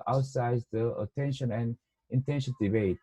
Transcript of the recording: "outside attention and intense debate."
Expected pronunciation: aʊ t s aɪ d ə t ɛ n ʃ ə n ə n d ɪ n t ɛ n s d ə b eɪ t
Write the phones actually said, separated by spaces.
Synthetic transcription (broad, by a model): aʊ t s aɪ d ə t ɛ n ʃ ə n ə n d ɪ n t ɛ n ʃ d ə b eɪ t